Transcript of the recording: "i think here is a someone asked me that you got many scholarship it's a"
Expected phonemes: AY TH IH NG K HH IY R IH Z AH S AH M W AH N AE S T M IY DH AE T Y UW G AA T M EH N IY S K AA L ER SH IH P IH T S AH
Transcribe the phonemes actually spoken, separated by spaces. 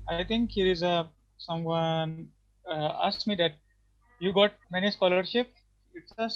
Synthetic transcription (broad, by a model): AY T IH NG K HH IY R IH Z AH S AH M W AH N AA S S M IY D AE T Y UW G AA T M EH N IY S K AA L ER SH IH P IH T S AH